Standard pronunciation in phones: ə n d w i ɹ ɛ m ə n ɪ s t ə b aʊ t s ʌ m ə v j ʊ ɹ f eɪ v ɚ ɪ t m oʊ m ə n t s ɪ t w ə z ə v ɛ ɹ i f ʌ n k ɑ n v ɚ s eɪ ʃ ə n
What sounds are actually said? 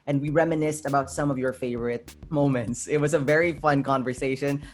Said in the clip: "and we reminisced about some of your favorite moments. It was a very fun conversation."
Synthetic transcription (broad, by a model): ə n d w i ɹ ɛ m ə n ɪ s t ə b aʊ t s ʌ m ə v j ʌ ɹ f eɪ v ɚ ɪ t m oʊ m ə n t s ɪ t w ə z ə v ɛ ɹ i f ʌ n k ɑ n v ɚ s eɪ ʃ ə n